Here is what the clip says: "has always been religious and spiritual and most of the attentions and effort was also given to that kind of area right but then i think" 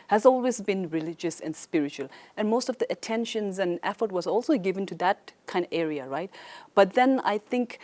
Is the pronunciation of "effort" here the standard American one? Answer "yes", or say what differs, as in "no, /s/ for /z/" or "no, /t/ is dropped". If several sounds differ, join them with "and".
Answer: yes